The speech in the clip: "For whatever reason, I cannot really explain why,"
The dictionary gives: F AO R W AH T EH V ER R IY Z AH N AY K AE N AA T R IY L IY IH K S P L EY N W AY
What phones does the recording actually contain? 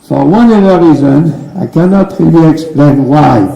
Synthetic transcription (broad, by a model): F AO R W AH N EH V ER R IY Z AH N AY K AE N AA T R IY L IY IH K S P L EY N W AY